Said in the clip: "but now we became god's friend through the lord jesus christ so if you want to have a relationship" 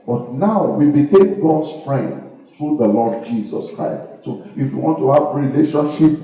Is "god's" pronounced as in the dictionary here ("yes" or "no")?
no